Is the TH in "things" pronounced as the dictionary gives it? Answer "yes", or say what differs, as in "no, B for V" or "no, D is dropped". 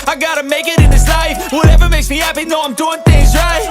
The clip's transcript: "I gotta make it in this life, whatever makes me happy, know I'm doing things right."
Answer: yes